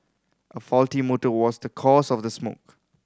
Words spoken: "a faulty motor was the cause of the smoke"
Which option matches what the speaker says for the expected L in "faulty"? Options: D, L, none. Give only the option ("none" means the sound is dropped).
L